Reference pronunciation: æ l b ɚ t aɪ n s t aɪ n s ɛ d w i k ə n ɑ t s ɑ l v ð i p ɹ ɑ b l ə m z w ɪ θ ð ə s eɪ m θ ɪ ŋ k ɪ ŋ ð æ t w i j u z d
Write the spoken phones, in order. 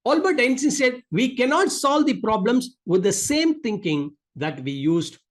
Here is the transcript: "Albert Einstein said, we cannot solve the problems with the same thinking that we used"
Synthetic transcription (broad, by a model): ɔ l b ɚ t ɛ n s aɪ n s ɛ d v i k ə n ɑ t s ɑ l v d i p ɹ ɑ b l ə m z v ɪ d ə s eɪ m t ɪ ŋ k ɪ ŋ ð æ t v i j u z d